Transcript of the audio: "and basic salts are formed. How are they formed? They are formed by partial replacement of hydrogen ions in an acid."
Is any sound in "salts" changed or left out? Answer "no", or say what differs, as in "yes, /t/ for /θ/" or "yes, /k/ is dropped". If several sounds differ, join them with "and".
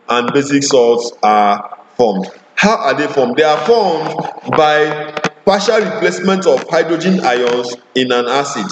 yes, /l/ is dropped